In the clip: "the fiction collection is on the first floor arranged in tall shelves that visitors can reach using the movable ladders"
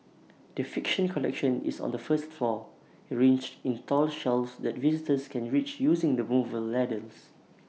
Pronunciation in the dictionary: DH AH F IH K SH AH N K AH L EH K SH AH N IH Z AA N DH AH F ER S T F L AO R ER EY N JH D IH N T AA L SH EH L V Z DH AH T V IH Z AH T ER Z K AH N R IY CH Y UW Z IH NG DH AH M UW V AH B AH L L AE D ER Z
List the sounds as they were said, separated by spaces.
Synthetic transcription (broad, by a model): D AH F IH K SH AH N K AH L EH K SH AH N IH S AA N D AH F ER S T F L AO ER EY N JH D IH N T AA L SH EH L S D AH T V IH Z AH T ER S K AH N R IY CH Y UW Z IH NG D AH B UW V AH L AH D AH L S